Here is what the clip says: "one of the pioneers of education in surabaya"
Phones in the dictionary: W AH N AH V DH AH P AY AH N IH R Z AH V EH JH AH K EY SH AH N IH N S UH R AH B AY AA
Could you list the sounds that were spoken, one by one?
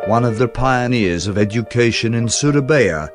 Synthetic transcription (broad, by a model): W AH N AH V DH AH P AY AH N IH R Z AH V EH JH AH K EY SH AH N IH N S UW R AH B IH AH